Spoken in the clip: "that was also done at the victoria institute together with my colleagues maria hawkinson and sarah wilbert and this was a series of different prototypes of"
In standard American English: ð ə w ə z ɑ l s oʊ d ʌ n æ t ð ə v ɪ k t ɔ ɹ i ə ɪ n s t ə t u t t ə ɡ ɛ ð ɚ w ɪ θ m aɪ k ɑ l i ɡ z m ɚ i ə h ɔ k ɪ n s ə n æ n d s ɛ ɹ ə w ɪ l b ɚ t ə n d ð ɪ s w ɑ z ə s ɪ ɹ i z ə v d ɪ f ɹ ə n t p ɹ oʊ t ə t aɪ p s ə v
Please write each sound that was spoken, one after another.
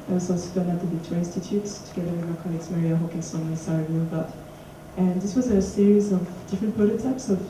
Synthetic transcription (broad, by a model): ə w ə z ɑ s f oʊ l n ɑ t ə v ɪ t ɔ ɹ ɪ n s t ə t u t t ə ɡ ɛ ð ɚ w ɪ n m aɪ k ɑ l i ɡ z m ɚ i ə h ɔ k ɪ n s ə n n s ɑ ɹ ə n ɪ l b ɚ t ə n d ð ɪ s w ɑ z ə s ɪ ɹ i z ə v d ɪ f ɹ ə n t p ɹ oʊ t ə t aɪ p s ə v